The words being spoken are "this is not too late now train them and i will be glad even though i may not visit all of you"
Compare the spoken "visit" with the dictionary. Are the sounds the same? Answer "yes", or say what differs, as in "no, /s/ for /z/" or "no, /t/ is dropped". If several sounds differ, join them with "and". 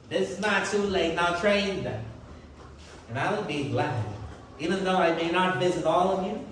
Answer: yes